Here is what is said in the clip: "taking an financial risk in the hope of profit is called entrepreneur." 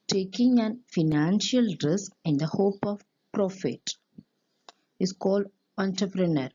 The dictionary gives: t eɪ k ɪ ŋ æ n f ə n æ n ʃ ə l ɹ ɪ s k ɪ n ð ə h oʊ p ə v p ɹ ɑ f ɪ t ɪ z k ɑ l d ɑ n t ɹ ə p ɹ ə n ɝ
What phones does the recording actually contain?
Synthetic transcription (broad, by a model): t eɪ k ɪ ŋ æ n f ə n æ n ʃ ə l ɹ ɪ s k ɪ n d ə h oʊ p ə v p ɹ ɑ f ɪ t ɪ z k ɑ l d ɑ n t ɹ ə p ɹ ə n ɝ